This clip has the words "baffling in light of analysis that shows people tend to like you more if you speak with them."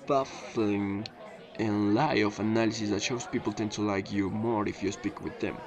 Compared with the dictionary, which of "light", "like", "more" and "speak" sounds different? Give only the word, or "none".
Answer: light